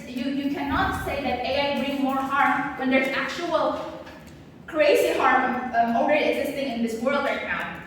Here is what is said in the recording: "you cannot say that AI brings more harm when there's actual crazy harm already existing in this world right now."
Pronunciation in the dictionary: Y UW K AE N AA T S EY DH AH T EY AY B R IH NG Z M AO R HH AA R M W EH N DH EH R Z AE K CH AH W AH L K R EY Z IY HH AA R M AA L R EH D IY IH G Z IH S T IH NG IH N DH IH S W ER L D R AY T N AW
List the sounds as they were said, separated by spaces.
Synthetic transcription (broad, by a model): Y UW K AE N AA T S EY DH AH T EY AY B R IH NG M AO R HH AA R M W EH N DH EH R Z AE K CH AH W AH L K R EY S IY HH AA R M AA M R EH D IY IH G Z IH S T IH NG IH N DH IH S W ER L D R AY T N AW